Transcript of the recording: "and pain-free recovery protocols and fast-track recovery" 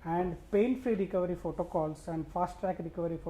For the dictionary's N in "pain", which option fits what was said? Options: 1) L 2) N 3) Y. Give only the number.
1